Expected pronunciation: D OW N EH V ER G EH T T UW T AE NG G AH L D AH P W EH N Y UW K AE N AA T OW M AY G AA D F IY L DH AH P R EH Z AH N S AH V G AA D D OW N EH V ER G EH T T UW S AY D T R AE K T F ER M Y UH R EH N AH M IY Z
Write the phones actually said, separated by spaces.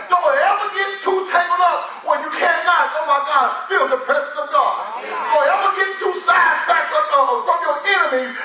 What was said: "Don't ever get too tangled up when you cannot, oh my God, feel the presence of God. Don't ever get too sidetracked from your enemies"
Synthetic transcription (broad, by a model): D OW EH V ER G EH T T UW T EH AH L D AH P W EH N Y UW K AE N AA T OW M AY G AA D F IY L DH AH P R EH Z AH N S AH V G AA D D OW EH V ER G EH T T UW S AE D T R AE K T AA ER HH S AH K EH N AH M IY